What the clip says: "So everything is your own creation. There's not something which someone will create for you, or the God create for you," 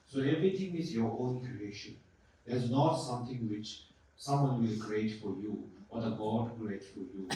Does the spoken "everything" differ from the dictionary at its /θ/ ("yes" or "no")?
yes